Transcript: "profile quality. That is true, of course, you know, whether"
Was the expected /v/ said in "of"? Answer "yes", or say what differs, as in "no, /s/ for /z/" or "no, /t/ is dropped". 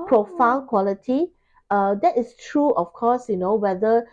no, /f/ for /v/